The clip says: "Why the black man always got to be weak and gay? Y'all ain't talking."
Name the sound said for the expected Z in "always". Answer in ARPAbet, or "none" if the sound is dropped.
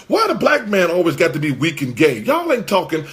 Z